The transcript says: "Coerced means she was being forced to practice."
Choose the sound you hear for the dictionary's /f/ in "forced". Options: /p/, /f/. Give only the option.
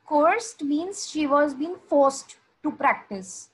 /f/